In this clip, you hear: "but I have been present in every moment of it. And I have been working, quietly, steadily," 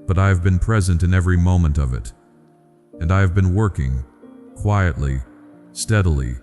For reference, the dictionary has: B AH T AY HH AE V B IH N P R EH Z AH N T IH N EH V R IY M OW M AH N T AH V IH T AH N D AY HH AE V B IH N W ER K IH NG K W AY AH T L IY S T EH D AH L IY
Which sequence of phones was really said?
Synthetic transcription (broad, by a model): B AH T AY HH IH V B IH N P R EH Z AH N T IH N EH V R IY M OW M AH N T AH V IH T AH N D AY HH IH V B IH N W ER K IH NG K W AY AH T L IY S T EH D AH L IY